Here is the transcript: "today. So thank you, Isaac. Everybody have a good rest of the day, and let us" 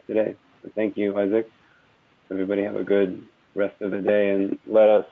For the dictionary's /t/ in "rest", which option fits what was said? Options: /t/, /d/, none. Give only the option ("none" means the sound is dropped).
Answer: /t/